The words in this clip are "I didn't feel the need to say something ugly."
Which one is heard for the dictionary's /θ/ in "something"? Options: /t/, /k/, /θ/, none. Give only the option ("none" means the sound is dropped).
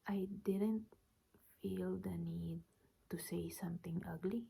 /t/